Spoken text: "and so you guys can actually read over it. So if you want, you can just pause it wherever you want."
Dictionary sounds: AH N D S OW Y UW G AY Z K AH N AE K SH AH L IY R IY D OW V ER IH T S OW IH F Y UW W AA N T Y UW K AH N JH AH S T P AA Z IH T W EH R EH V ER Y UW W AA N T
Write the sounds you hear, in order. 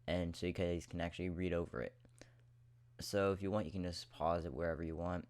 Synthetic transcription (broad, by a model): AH N S OW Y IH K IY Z K AH N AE K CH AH L IY R IY D OW V ER IH T S OW IH F Y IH W AA N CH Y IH K AH N JH AH S P AA Z IH T W EH R EH V ER Y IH W AA N T